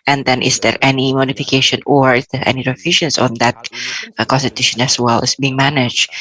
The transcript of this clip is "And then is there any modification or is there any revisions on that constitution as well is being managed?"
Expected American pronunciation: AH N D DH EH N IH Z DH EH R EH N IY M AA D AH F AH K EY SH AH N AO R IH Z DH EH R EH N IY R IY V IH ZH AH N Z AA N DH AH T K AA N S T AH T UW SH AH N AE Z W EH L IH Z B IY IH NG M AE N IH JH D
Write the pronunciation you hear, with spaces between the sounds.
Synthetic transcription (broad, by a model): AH N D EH N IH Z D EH R EH N IY M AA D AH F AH K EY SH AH N AO R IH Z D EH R EH N IY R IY F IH SH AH N S AA N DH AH T K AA N S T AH T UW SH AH N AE S W EH L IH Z B IY IH NG M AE N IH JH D